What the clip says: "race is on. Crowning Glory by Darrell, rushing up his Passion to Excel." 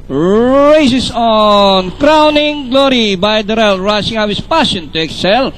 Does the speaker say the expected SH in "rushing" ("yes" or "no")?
no